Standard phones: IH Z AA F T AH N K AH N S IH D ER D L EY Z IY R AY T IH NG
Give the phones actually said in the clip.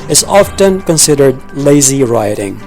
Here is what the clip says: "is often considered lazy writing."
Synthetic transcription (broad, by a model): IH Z AA F T AH N K AH N S IH D ER D L EY Z IY R AY T IH NG